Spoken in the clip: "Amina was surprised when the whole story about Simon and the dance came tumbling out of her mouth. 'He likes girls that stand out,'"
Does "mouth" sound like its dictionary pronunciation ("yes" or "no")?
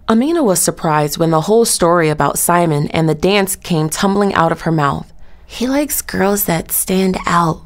yes